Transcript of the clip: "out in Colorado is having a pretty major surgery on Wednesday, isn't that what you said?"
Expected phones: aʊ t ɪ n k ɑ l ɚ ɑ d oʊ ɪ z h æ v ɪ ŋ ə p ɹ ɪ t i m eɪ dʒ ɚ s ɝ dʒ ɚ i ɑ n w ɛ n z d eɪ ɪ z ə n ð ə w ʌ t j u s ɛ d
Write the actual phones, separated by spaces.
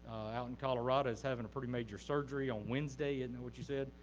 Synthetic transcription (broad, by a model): aʊ t n k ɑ l ɚ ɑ d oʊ ɪ z h æ v ɪ ŋ ə p ɹ ɪ t i m eɪ dʒ ɚ s ɝ dʒ ɚ i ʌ n w ɛ n z d eɪ ɪ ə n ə w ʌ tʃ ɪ s ɛ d